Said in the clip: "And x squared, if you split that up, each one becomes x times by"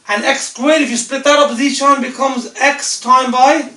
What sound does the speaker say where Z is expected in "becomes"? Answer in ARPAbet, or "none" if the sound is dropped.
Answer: Z